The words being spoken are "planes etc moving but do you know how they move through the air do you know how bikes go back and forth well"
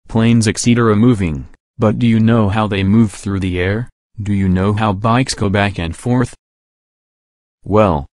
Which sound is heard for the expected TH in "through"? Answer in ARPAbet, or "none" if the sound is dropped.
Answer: TH